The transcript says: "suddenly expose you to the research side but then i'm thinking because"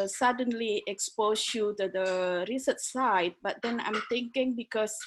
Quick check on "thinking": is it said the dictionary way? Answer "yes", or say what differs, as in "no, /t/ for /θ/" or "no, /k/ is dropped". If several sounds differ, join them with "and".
no, /t/ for /θ/